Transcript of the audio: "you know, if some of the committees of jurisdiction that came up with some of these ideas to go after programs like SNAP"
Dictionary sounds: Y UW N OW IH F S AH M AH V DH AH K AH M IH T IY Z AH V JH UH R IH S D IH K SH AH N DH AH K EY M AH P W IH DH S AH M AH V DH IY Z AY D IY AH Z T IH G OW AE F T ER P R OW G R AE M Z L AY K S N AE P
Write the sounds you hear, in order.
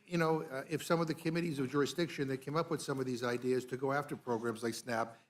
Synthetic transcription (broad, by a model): Y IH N OW IH F S AH M AH V DH AH K AH M IH T IY Z AH V JH UH R IH S D IH K SH AH N DH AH K EY M AH P W IH DH S AH M AH V DH IY Z AY D IY AH Z T IH G OW AE F T ER P R OW G R AE M Z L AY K S N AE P